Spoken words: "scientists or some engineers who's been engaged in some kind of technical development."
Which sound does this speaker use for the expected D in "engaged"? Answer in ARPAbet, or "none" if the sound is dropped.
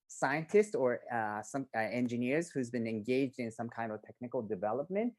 D